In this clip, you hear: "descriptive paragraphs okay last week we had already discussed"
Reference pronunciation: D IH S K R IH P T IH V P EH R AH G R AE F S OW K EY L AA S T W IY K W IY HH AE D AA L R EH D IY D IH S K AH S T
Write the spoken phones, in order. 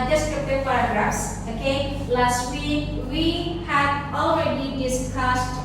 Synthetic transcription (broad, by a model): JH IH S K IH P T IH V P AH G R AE S OW K EY L AA S T W IY K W IY HH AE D AA L R EH D IY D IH S K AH S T